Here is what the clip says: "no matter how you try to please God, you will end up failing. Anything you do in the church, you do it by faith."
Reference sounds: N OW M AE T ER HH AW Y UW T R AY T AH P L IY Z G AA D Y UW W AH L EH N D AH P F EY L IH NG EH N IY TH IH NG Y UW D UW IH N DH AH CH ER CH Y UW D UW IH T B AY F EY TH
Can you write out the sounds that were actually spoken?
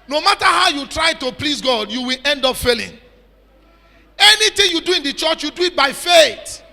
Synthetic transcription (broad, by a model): N OW M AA T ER HH AW Y UW T R AY T AH P L IY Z G AA D Y UW W AH L EH N D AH P F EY L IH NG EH N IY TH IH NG Y UW D UW IH N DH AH CH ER CH Y UW D UW IH T B AY F EY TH